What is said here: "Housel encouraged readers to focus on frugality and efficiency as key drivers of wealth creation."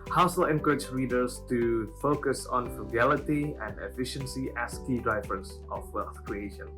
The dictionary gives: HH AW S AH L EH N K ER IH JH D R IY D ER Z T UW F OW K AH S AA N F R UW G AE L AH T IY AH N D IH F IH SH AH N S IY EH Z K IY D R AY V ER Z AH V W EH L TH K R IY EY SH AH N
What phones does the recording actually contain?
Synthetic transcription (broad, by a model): HH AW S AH L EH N K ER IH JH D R IY D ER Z T UW F OW K AH S AA N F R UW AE L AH T IY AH N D IH F IH SH AH N S IY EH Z K IY D R AY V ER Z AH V W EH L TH K R IY EY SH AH N